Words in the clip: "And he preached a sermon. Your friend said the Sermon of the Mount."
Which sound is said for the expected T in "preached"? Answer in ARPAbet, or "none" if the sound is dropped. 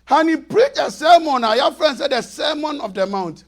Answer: none